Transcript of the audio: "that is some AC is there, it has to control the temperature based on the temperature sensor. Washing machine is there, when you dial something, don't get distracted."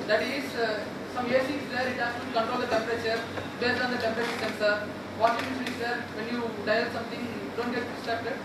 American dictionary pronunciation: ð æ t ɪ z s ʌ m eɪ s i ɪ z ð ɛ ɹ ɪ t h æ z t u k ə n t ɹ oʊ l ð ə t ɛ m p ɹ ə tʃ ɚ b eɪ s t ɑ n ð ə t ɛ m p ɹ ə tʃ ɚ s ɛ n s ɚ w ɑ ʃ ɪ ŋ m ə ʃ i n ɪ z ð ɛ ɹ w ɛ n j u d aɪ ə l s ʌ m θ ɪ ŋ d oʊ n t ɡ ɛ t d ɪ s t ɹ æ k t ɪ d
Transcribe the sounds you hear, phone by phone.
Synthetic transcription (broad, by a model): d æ t ɪ z s ʌ m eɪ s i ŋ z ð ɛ ɹ ɪ t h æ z t u k ə n t ɹ oʊ l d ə t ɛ m p ɹ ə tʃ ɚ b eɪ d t ɑ n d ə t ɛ m p ɹ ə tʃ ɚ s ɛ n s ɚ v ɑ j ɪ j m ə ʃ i ɪ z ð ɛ ɹ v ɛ n j u d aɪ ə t s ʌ m t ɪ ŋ d oʊ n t ɡ ɛ t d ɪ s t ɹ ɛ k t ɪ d